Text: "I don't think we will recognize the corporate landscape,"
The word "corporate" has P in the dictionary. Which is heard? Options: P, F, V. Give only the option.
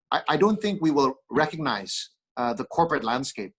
P